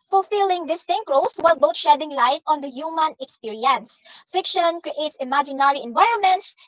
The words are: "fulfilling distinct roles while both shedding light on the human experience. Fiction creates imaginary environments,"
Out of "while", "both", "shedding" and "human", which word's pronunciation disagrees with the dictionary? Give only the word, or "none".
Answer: both